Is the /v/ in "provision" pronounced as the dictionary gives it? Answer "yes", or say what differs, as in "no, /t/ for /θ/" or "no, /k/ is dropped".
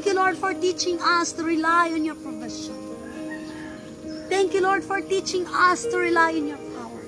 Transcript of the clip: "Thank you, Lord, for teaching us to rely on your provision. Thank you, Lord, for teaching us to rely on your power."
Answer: no, /f/ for /v/